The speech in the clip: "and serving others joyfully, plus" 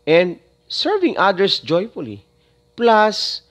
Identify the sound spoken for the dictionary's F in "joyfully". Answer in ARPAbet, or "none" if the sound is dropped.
F